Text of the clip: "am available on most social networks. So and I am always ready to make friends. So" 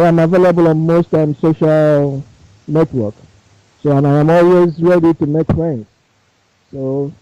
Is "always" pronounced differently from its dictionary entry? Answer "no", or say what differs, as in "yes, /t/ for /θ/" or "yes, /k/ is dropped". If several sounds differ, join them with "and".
no